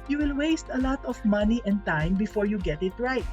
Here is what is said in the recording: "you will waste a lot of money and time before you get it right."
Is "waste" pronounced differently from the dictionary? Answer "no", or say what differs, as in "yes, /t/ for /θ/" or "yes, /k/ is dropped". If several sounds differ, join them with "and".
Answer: no